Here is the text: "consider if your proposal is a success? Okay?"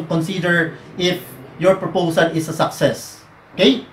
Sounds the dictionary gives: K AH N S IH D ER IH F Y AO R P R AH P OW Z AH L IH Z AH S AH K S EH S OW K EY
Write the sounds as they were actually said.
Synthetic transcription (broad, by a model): K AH N S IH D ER IH F Y AO R P R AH P OW S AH L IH S AH S AH K S EH S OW K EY